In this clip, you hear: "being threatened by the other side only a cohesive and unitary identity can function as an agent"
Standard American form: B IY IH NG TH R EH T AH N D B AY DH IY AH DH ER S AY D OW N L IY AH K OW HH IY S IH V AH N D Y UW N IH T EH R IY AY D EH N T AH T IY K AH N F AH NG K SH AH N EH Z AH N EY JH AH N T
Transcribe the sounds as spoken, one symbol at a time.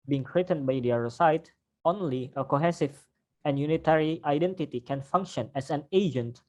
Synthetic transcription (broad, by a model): B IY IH NG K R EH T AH N B AY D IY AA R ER S AY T OW N L IY AH K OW HH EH S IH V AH N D Y UW N IH T EH R IY AY D EH N T AH T IY K AH N F AH NG K SH AH N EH S AH N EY JH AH N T